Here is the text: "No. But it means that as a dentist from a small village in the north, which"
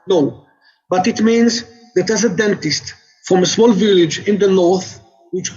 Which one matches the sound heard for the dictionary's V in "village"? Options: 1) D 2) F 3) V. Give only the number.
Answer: 3